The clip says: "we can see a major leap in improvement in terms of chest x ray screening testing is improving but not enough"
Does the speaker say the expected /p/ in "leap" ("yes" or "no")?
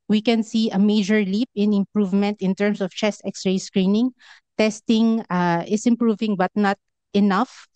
yes